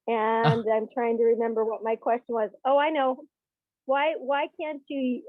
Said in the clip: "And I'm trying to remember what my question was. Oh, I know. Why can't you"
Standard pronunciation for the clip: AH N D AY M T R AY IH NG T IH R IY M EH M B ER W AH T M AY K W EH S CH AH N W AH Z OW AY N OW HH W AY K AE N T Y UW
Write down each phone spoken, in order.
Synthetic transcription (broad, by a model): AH N D AY M T R AY IH NG T IH R IY M EH M B ER W AH T M AY K W EH S CH AH N W AH Z OW AY N OW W W AY K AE N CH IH